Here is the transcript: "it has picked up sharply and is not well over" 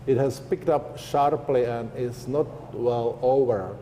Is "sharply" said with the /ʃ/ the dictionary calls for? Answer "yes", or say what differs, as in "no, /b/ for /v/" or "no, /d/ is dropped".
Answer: yes